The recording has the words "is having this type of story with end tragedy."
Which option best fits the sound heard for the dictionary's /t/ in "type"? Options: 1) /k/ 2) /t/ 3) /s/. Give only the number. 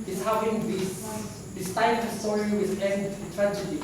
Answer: 3